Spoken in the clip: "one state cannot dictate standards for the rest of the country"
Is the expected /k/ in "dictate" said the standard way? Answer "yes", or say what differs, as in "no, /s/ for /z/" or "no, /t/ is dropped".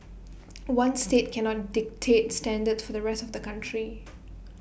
yes